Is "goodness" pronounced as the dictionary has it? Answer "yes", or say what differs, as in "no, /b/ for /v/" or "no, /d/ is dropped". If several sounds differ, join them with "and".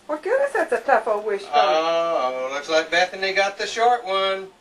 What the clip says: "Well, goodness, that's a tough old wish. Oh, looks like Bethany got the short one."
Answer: no, /n/ is dropped